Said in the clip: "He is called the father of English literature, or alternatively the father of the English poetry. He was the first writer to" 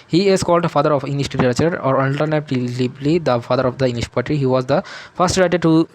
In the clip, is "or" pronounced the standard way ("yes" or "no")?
yes